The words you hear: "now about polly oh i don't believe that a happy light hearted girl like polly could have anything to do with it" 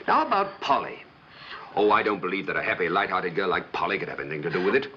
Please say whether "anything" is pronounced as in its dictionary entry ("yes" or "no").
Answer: yes